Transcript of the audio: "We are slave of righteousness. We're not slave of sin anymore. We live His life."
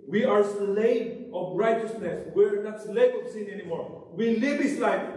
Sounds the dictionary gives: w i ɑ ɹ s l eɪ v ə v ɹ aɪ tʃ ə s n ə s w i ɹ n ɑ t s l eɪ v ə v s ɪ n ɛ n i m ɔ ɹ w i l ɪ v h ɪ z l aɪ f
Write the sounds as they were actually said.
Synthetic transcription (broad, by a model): w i ɑ ɹ s l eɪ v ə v ɹ aɪ tʃ ə s n ə s w i ɹ n ɑ t s l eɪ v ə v s ɪ n ɛ n i m ɔ ɹ w i l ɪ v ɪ s l aɪ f